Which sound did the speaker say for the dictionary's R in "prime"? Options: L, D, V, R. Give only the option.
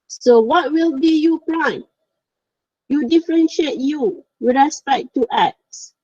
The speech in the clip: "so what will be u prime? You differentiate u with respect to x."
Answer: L